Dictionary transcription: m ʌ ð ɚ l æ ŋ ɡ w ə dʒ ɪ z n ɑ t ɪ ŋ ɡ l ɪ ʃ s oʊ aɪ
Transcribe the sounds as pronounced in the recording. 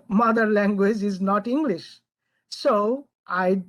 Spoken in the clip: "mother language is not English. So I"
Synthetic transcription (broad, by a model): m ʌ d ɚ l æ ŋ ɡ w ə dʒ ɪ z n ɑ t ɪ ŋ ɡ l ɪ ʃ s oʊ aɪ